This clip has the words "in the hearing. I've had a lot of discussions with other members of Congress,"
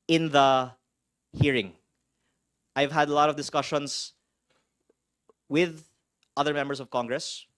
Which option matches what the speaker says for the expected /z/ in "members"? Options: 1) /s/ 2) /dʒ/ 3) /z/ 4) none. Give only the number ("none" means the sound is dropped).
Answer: 1